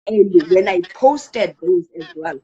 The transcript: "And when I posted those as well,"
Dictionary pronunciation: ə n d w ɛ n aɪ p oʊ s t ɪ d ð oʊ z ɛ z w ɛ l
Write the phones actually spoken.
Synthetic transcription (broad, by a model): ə n d w ɛ n aɪ p oʊ s t ɪ d ð oʊ z ɛ z w ɛ l